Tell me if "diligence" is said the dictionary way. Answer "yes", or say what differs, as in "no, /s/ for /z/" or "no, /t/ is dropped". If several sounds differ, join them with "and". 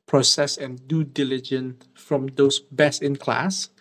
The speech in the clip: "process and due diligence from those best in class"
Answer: no, /s/ is dropped